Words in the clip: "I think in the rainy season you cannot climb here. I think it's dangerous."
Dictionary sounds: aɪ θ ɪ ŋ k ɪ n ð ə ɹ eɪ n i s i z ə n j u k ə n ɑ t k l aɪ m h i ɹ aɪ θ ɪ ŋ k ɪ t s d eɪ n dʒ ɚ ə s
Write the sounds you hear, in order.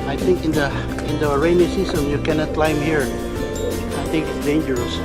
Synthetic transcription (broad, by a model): aɪ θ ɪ ŋ k ɪ n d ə ɹ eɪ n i s i s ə n j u k ə n ɑ t k l aɪ m h i ɹ aɪ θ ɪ ŋ k ɪ t s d eɪ n dʒ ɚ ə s